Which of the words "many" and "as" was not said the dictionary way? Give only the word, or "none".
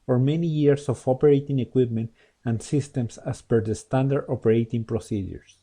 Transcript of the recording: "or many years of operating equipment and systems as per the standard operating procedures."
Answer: as